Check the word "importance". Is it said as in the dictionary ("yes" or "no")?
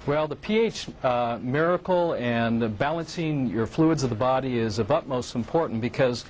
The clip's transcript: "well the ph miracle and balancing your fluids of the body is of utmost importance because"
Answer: no